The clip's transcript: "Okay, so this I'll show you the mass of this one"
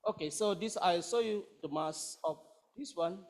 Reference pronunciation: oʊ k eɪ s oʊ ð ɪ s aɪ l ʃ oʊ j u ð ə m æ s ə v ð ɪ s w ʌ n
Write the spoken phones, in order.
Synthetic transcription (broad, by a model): oʊ k eɪ s oʊ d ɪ s aɪ l s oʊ j u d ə m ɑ s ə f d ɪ s w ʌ n